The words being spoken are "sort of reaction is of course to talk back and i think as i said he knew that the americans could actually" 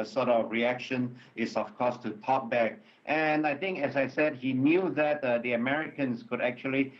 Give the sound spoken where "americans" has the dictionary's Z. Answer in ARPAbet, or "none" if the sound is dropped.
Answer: S